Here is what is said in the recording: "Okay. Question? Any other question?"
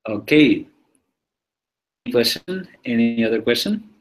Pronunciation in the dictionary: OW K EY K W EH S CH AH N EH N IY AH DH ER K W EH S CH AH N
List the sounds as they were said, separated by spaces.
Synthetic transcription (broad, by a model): OW K EY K W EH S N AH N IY IY AH DH ER K W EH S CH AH N